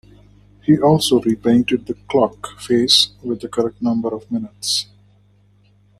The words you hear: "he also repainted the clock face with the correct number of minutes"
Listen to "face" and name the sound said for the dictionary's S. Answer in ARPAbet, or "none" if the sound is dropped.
S